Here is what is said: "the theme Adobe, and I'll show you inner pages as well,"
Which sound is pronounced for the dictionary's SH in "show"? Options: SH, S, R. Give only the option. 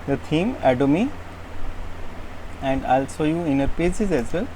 S